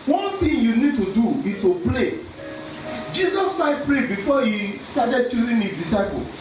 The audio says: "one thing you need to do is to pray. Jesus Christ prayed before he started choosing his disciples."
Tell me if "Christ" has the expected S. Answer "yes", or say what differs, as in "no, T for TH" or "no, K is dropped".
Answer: no, S is dropped